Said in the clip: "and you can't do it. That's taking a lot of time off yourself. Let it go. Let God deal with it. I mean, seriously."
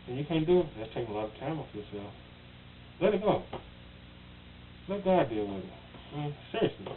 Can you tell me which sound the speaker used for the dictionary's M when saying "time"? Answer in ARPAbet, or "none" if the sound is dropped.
M